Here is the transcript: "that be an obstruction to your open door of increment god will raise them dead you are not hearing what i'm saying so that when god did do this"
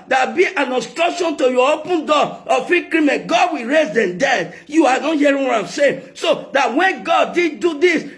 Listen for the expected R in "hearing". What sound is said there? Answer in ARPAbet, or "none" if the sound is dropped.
none